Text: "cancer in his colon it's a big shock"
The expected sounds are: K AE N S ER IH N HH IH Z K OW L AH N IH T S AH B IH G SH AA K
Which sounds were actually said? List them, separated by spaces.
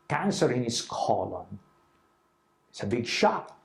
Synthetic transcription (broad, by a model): K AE N S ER IH N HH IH S K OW L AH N IH T S AH B IH G SH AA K